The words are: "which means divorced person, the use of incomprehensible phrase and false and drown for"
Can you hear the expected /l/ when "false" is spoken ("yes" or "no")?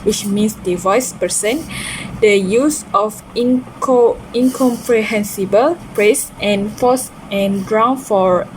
no